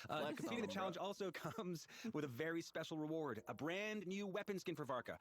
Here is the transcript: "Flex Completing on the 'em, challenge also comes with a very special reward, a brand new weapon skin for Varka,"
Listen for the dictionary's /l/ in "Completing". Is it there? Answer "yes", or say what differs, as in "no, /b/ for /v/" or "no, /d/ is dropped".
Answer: no, /l/ is dropped